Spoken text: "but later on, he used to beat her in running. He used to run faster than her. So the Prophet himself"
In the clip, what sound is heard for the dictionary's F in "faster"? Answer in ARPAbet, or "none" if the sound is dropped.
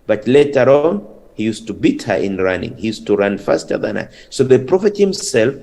F